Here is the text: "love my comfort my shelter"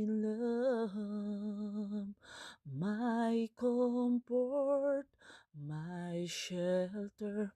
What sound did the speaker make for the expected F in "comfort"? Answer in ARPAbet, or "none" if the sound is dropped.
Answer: P